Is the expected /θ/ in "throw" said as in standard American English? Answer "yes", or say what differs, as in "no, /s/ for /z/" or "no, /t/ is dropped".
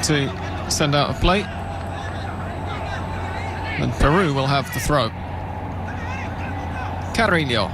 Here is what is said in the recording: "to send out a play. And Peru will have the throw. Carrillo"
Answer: yes